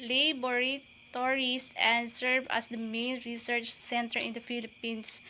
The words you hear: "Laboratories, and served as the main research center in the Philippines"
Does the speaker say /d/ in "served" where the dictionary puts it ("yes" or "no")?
no